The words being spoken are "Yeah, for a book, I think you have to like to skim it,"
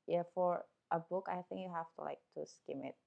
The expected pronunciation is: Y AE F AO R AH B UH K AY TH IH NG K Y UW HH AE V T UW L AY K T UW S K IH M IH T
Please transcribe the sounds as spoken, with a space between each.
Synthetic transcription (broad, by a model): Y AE F AO R AH B UH K AY TH IH NG K Y UW HH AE F T UW L AY K T UW S K IH M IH T